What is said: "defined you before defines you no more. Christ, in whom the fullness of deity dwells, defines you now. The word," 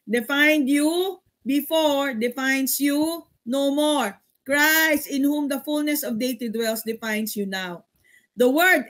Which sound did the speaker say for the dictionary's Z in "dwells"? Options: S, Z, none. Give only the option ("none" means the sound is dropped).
S